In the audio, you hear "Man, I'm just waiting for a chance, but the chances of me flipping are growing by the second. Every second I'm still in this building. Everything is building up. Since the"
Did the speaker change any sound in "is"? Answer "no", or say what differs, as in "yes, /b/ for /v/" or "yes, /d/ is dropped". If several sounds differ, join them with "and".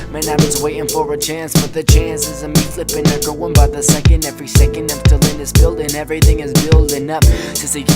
no